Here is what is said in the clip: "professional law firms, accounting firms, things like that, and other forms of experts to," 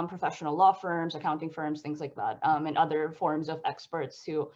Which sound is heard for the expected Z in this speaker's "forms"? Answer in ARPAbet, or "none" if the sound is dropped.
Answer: Z